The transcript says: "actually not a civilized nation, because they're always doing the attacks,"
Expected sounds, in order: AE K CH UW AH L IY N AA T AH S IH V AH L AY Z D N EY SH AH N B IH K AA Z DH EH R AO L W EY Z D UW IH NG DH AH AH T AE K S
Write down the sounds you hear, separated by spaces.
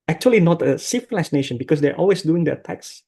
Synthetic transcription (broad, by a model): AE K CH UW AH L IY N AA T AH S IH F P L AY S N EY SH AH N B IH K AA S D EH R AO L W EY S D UW IH NG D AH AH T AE K S